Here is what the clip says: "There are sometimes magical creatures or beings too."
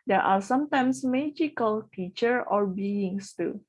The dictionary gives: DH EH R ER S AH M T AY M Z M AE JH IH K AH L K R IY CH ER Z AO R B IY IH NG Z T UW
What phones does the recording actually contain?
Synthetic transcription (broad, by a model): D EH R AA S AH M T AY M S M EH JH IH K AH L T IY CH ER AO R B IY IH NG S T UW